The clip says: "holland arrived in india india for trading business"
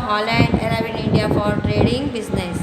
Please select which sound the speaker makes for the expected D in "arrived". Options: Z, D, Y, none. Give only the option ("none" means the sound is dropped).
none